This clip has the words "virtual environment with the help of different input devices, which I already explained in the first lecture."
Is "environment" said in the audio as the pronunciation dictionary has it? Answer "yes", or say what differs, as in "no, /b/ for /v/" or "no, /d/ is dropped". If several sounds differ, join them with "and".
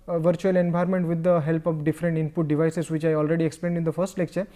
no, /b/ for /v/